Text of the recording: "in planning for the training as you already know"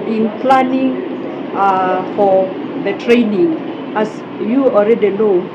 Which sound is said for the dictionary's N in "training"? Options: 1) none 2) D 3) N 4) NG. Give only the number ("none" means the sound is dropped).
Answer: 3